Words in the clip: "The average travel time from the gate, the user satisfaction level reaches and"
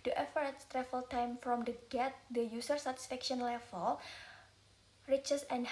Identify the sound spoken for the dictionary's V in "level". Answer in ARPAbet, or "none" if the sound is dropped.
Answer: F